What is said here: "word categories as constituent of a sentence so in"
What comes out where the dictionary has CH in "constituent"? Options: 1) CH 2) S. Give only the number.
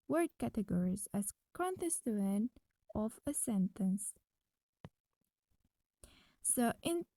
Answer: 2